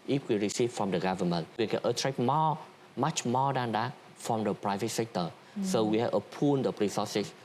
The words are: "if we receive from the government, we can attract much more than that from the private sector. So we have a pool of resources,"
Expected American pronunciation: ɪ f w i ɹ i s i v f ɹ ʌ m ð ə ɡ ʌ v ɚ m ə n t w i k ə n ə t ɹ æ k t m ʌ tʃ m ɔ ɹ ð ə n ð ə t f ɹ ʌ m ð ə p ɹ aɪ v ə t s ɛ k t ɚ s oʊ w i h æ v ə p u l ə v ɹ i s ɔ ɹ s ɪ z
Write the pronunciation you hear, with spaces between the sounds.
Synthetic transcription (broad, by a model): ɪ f w i ɹ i s i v f ɹ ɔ m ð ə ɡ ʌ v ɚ m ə n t w i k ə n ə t ɹ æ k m m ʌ tʃ m ɔ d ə n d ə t f ɹ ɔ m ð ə p ɹ aɪ v ə t s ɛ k t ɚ s oʊ w i h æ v ə p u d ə p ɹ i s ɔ s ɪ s